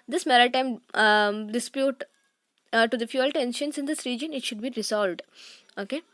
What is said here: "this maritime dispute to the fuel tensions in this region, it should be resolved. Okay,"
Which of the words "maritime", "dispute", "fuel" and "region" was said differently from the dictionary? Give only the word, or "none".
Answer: none